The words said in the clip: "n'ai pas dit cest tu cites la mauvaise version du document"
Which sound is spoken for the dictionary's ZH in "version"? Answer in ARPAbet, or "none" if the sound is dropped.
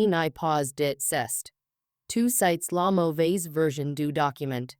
ZH